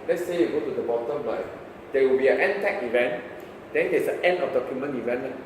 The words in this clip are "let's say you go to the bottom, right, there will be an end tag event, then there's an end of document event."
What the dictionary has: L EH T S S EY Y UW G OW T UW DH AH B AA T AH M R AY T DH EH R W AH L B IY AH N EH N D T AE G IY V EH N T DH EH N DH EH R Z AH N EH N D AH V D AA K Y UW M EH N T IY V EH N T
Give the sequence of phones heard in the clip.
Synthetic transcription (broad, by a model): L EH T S S EY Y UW G OW T UW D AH B AA T AH M L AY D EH W AH L B IY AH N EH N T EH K IY V EH N T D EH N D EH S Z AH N EH N D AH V D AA K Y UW M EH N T IY V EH N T